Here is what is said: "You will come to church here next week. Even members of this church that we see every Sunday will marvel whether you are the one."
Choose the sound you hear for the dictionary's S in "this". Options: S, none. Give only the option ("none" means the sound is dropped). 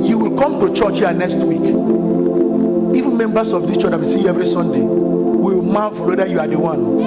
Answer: none